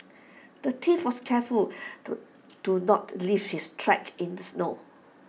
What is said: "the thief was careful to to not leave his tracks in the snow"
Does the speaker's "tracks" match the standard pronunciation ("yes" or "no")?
no